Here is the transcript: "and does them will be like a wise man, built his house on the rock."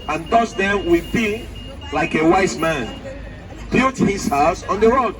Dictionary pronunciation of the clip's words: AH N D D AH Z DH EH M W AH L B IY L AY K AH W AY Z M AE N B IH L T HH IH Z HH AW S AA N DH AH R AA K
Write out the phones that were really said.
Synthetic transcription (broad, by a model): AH N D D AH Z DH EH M W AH B IY L AY K AH W AY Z M AE N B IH T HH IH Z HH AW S AA N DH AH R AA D